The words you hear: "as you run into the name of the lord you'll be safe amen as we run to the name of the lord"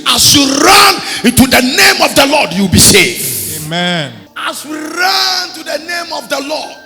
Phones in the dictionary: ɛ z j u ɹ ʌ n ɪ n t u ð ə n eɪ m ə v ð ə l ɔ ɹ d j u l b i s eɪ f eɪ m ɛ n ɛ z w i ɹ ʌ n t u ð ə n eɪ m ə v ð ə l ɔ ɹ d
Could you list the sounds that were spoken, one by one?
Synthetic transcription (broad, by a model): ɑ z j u ɹ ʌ n ɪ n t u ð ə n eɪ m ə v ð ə l ɔ d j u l b i s eɪ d eɪ m ɛ n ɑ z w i ɹ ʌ n t u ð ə n eɪ m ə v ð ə l ɔ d